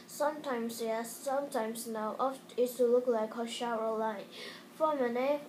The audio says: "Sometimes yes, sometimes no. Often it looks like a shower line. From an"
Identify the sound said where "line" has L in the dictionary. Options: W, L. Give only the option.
L